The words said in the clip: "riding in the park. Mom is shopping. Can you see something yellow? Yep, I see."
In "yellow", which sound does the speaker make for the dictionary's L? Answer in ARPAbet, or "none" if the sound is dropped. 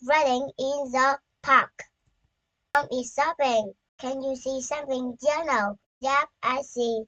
N